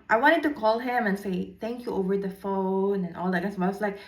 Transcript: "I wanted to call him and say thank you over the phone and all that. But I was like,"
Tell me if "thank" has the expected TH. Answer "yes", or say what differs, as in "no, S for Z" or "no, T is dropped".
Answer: no, T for TH